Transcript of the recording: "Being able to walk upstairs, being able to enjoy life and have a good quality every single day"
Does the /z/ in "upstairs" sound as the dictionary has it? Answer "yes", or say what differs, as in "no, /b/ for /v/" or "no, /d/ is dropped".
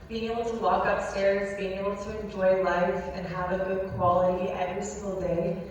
yes